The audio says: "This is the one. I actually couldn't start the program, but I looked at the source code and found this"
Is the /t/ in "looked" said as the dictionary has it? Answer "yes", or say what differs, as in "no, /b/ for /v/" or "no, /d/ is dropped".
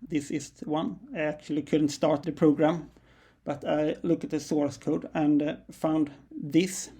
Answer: no, /t/ is dropped